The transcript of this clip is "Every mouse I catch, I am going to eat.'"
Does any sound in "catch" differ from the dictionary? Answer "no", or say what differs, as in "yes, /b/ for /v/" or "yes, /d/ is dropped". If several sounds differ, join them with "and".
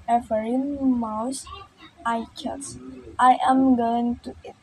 yes, /s/ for /tʃ/